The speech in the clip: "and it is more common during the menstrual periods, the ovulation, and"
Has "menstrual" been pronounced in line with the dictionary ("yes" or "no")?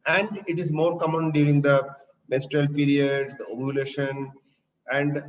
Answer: no